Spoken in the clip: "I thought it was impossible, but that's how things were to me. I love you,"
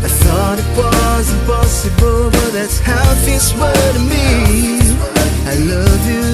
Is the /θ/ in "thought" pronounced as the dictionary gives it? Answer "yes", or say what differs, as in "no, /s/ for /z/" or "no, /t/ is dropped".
yes